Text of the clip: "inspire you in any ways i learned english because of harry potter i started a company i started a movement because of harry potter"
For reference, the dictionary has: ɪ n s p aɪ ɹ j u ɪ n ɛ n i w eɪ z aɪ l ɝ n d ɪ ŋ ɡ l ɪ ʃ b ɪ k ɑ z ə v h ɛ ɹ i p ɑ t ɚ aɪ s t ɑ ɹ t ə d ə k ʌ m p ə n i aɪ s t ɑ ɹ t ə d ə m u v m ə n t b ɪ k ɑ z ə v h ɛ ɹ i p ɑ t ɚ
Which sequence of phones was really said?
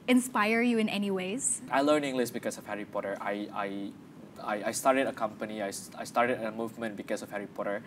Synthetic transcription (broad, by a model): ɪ n s p aɪ ɹ j u ɪ n ɛ n i w eɪ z aɪ l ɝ n ɪ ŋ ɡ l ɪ s b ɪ k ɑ s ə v h ɛ ɹ i p ɑ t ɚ aɪ s t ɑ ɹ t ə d ə k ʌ m p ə n i aɪ s t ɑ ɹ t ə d ə m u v m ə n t b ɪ k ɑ s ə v h ɛ ɹ i p ɑ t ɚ